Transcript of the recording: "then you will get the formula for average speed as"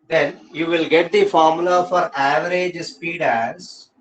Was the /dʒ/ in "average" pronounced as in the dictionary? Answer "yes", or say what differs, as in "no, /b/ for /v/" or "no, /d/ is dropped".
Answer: yes